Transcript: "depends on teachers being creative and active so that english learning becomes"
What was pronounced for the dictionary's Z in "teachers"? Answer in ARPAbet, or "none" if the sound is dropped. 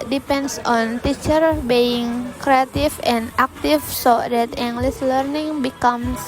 none